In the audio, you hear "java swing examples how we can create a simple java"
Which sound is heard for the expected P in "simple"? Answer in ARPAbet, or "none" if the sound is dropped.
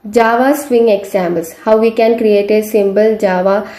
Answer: B